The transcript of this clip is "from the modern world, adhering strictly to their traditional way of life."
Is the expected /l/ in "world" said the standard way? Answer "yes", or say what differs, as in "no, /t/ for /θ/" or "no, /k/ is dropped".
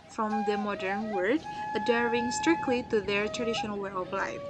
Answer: no, /l/ is dropped